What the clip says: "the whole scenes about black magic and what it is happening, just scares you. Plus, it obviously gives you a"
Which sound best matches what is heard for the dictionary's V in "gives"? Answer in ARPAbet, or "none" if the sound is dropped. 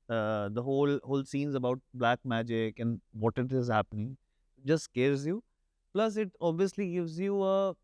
V